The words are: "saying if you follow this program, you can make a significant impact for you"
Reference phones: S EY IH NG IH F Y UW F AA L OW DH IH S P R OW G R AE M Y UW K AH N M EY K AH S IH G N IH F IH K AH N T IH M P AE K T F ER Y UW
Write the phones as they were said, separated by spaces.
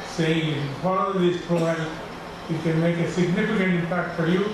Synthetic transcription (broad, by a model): S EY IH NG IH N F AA N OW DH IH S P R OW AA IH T K AH N M EY K AH S IH G N IH F IH K AH N T IH M P AE K T F ER Y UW